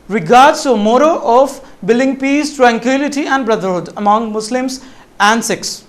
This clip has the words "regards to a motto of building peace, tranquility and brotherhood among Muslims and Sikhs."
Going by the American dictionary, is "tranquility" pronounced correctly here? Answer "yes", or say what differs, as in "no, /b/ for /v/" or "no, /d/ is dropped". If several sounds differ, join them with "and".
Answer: yes